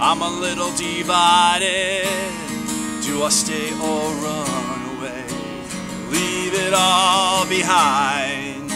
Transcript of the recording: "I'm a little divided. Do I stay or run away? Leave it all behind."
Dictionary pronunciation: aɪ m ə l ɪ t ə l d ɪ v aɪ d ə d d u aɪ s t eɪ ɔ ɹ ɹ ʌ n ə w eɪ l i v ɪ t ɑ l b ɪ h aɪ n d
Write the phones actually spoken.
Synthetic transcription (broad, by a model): aɪ m ə l ɪ t l d ɪ v aɪ d ə d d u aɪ s t eɪ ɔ l ɹ ʌ n ə w eɪ l i v ɪ t ɑ l b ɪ h aɪ n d